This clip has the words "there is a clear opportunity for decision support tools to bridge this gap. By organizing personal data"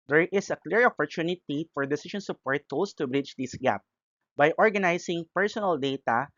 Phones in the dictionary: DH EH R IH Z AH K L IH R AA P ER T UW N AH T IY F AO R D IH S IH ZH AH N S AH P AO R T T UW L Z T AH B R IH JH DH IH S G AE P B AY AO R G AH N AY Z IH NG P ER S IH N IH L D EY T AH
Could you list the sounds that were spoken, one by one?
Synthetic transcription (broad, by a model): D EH R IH S AH K L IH R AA P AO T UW N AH T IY F AO R D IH S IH SH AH N S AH P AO R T T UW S T AH B R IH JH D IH S G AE P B AY AO R G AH N AY S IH NG P ER S IH N IH L D EY T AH